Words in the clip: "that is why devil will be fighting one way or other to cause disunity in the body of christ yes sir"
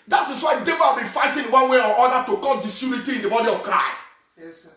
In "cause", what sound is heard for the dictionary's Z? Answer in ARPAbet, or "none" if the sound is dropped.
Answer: none